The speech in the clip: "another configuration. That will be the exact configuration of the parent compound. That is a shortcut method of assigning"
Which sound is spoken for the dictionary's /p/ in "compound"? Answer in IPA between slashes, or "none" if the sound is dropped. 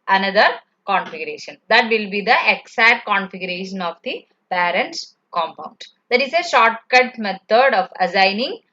/p/